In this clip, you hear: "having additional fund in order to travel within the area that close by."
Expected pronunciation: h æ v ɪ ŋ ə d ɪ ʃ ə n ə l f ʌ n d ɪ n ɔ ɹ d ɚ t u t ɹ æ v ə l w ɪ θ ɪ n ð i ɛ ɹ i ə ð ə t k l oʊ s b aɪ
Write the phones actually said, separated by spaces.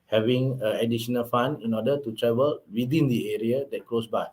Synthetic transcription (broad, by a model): h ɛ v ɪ ŋ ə d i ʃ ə n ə l f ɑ n ɪ n ɔ d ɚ t u t ɹ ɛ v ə l w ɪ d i n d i ɛ ɹ i ə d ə t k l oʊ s b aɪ